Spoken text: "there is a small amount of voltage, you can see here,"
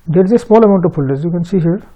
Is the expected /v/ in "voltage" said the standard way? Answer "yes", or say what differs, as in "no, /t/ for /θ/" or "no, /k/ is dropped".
no, /p/ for /v/